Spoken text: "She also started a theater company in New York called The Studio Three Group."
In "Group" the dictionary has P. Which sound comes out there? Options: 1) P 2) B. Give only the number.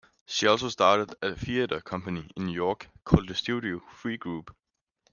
2